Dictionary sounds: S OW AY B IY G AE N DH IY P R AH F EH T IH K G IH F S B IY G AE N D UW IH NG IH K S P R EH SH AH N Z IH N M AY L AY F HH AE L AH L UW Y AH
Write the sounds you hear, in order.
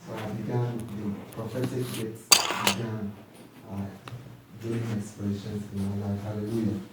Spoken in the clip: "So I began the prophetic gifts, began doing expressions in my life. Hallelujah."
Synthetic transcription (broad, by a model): S OW AY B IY G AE N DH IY P R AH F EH S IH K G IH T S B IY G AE N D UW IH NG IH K S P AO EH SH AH N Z IH N M AY L AY F HH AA L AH L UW Y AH